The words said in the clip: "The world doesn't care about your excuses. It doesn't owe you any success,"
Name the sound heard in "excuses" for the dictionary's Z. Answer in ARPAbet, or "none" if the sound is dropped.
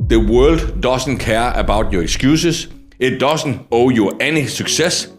S